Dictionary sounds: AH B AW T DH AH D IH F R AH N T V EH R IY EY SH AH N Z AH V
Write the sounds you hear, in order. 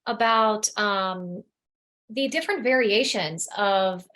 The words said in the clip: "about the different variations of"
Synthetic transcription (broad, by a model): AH B AW T DH AH D IH F R AH N T V EH R IY EY SH AH N Z AH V